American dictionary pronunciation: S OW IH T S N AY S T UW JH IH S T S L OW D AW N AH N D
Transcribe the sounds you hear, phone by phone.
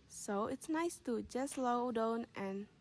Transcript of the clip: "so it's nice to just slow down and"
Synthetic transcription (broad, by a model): S OW IH T S N AY S T UW JH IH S S L OW D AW N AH N